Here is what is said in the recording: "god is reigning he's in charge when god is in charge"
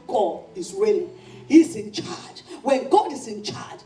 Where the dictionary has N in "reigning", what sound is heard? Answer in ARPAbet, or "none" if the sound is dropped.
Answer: L